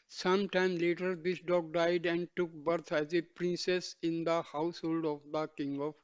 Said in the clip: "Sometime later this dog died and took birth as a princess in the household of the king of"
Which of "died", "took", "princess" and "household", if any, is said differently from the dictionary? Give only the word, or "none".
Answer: none